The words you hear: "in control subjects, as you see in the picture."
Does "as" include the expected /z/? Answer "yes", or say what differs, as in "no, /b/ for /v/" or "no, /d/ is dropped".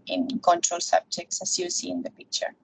no, /s/ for /z/